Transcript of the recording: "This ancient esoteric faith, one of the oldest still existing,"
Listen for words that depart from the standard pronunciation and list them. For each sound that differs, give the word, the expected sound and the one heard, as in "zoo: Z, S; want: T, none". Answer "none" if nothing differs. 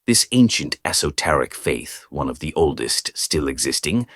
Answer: none